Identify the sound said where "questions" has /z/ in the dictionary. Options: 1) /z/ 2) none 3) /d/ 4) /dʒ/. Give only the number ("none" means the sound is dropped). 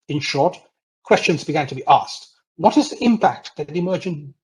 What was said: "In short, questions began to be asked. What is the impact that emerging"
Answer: 1